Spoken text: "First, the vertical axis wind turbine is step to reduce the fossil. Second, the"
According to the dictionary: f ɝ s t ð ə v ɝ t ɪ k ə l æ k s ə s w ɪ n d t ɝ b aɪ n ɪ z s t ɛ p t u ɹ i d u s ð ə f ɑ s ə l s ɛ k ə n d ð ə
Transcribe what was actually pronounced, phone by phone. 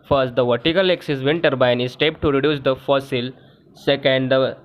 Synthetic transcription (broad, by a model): f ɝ s t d ə v ɝ t ɪ k ə l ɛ k s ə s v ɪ n t ɝ b aɪ n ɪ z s t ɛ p t u ɹ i d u s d ə f ɑ s ə l s ɛ k ə n d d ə